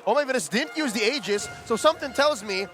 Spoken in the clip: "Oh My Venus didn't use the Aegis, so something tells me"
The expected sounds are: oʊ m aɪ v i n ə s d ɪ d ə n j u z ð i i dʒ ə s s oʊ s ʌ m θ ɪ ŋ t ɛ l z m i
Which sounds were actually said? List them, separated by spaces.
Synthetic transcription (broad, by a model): oʊ m aɪ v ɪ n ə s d ɪ d n j u z ð i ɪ dʒ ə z s oʊ s ʌ m θ ɪ ŋ t ɛ l z m i